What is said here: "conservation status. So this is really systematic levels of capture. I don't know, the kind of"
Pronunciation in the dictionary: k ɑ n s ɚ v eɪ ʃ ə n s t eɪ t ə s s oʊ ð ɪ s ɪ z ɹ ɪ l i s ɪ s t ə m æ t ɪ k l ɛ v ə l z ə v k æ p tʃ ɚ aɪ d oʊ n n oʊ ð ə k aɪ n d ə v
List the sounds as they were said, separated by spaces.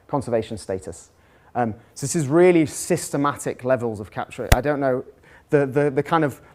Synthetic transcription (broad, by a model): k ɑ n s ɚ v eɪ ʃ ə n s t eɪ t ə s s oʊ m ɪ s ɪ z ɹ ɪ l i s ɪ s t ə m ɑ t ɪ k l ɛ v ə l z ə v k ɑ p tʃ ɚ aɪ d oʊ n n oʊ ð ə k aɪ n d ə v